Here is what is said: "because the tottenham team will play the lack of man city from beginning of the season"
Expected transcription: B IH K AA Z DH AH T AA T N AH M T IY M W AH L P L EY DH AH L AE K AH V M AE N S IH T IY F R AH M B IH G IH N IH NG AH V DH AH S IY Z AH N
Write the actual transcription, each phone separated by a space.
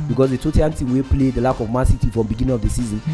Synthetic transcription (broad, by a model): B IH K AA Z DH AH T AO T AH T IY M W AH P L EY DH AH L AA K AH V M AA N S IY T IY F R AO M B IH G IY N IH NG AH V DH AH S IY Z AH N